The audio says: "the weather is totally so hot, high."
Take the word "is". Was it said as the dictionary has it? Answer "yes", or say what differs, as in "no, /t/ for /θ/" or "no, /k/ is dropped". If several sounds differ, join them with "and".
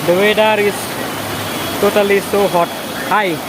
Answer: no, /s/ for /z/